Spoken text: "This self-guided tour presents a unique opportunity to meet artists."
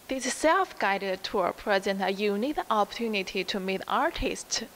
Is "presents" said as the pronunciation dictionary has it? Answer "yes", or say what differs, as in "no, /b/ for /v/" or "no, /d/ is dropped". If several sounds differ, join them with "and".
no, /s/ is dropped